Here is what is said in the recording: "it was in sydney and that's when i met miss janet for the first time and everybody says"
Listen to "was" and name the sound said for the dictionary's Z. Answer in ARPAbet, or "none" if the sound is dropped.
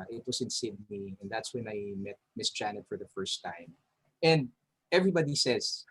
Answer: S